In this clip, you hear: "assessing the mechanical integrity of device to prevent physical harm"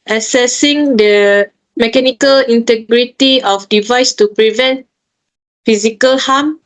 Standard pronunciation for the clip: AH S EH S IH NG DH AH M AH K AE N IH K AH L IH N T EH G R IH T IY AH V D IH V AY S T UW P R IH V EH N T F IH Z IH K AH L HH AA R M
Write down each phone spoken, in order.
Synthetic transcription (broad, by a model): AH S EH S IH NG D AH M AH K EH N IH K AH L IH N T EH G R IH T IY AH F D IH V AY S T UW P R IH V EH N T F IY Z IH K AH L HH AA M